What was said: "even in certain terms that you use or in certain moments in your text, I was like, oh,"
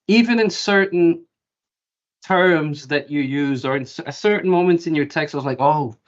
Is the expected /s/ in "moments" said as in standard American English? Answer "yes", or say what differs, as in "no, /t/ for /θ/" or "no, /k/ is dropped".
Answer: no, /s/ is dropped